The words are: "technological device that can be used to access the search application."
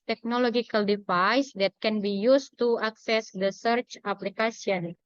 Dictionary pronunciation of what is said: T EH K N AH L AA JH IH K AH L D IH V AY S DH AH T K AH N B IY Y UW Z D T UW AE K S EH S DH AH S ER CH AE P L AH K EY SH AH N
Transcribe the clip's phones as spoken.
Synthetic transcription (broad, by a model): T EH K N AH L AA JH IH K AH L D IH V AY S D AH T K AH N B IY Y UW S T UW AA K S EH S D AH S ER CH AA P L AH K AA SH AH N